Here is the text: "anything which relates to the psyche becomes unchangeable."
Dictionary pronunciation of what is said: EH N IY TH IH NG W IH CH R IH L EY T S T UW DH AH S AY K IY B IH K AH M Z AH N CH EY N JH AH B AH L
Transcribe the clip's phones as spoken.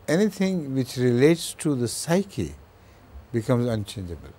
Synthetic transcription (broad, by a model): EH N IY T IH NG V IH CH R IH L EY T S T UW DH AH S AY K IY B IH K AH M Z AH N CH EY N JH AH B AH L